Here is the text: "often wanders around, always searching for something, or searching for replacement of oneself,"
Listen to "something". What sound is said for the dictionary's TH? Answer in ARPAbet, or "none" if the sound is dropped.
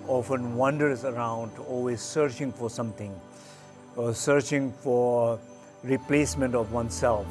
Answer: T